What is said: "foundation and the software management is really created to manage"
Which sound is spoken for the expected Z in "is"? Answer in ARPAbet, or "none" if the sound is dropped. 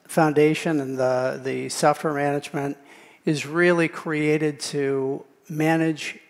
Z